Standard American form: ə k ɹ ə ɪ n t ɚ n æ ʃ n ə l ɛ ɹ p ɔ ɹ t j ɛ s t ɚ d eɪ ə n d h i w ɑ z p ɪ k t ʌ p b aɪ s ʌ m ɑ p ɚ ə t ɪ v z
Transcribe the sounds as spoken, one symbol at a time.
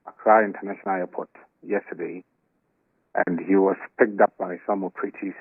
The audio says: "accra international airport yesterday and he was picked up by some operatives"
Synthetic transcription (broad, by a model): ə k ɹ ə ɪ n t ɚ n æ ʃ n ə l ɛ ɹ p ɔ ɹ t j ɛ s t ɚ d eɪ ə n d h i w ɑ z p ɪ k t ʌ p b aɪ s ʌ m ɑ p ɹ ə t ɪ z